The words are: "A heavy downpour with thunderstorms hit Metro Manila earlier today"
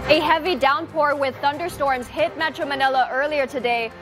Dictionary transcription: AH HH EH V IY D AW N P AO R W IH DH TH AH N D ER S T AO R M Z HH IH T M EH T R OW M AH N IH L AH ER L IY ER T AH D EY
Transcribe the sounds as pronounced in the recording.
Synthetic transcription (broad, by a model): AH HH EH V IY D AW N P AO R W IH DH TH AH N D ER S T AO R M Z HH IH T M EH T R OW M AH N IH L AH ER L IY ER T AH D EY